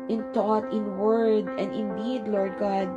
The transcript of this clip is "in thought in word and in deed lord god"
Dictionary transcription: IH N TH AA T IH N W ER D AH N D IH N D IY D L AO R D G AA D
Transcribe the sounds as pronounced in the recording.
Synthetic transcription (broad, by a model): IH N T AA T IH N W ER D AH N D IH N D IY D L AO R D G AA D